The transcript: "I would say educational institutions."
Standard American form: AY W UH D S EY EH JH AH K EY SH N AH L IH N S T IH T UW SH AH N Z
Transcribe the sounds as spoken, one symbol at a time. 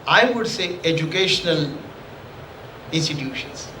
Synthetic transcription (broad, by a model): AY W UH D S EY EH JH AH K EY SH N AH L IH N S T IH T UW SH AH N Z